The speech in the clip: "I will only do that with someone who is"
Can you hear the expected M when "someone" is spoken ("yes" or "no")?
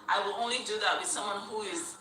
yes